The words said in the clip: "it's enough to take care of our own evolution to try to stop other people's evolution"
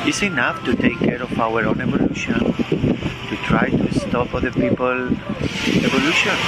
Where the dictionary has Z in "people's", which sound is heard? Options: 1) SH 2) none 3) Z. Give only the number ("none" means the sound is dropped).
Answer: 2